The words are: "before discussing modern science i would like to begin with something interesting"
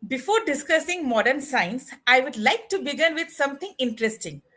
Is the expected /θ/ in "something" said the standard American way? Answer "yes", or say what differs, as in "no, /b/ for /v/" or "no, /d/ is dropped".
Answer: no, /t/ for /θ/